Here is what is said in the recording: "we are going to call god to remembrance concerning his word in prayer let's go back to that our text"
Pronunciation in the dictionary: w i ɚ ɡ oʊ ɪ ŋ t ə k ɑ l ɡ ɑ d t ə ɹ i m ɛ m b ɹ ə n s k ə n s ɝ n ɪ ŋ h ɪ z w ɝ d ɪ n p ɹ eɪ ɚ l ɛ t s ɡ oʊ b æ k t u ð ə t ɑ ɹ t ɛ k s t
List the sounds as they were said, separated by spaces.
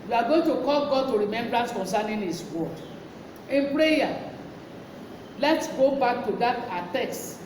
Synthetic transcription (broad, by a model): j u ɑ ɡ oʊ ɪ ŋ t ə k ɑ l ɡ ɑ d t ə ɹ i m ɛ m b ɹ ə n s k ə n s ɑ n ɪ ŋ h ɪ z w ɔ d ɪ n p ɹ eɪ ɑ l ɛ t s ɡ oʊ b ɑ k t u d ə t ɑ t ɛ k s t